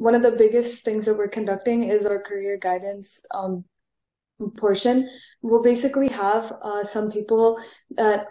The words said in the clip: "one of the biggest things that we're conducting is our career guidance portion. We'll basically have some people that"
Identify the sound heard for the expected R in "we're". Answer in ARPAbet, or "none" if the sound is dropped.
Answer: R